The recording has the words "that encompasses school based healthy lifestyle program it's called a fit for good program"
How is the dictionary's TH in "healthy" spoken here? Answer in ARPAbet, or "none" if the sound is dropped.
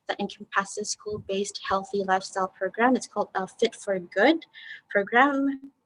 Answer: TH